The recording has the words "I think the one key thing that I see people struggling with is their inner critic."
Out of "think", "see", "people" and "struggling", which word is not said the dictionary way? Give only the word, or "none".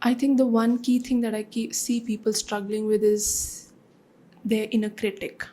think